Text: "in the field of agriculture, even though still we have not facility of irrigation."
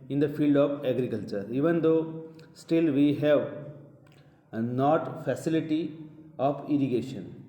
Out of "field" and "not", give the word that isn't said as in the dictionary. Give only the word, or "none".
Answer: none